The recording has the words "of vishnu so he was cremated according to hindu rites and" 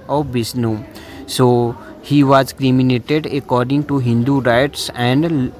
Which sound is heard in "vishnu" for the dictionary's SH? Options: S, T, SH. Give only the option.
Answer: S